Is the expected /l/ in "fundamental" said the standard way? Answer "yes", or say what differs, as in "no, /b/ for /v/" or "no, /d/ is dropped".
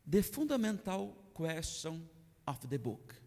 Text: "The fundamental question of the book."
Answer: no, /w/ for /l/